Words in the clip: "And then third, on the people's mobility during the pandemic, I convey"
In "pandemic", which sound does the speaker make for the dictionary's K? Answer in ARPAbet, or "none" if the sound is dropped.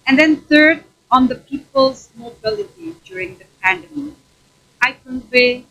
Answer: none